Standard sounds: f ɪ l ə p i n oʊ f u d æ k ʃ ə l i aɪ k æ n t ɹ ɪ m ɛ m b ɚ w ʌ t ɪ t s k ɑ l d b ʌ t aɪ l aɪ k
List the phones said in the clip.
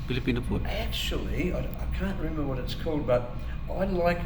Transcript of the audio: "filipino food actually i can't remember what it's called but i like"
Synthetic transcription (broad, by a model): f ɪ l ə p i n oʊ p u æ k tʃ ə l i aɪ k æ n t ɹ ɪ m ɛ m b ɚ w ʌ t ɪ t s k ɑ l d b ʌ t aɪ l aɪ k